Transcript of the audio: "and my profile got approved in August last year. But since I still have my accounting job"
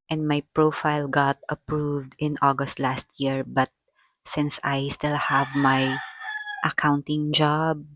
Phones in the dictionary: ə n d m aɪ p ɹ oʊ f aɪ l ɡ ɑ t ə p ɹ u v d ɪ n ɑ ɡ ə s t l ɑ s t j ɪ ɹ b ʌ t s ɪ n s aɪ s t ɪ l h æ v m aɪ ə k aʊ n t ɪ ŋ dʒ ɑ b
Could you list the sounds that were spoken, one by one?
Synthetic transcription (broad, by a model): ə n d m aɪ p ɹ oʊ f aɪ l ɡ ɑ t ə p ɹ u v d ɪ n ɑ ɡ ə s t l ɑ s t j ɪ ɹ b ʌ t s ɪ n s aɪ s t ɪ l h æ v m aɪ ə k aʊ n t ɪ ŋ dʒ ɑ b